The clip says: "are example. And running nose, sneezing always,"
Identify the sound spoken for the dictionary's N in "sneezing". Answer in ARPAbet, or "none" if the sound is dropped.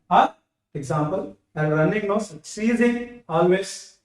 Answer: none